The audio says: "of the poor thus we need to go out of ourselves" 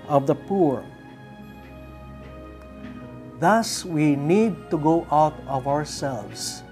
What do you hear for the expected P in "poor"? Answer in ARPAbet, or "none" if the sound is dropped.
P